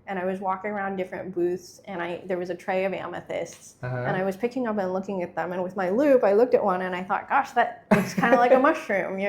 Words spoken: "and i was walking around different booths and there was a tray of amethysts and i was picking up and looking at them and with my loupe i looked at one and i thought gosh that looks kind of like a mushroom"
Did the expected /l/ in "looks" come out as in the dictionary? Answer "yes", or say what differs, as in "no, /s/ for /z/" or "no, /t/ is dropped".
no, /w/ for /l/